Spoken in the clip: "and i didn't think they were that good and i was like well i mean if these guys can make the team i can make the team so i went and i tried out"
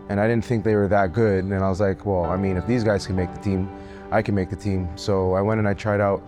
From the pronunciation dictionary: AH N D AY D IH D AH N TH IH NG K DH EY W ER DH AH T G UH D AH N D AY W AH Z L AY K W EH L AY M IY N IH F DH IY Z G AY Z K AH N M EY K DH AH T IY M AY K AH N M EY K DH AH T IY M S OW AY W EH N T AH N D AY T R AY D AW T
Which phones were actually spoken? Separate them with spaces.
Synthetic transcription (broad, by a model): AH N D AY D IH D N TH IH NG K DH EY W ER DH AH T G UH D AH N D AY W AH Z L AY K W EH L AY M IY N IH F DH IY Z G AY Z K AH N M EY K DH AH T IY M AY K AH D M EY K DH AH T IY M S OW AY W EH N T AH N AY T R AY D AW T